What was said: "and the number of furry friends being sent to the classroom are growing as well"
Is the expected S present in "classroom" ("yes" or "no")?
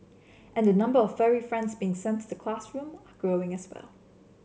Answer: yes